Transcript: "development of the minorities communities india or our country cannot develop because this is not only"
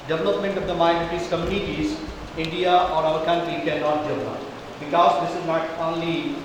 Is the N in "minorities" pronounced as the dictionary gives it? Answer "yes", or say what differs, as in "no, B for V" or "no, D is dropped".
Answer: no, N is dropped